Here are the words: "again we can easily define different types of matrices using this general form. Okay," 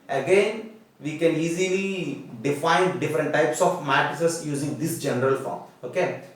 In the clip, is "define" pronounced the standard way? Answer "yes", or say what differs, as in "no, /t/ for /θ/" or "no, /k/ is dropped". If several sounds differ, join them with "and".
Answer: yes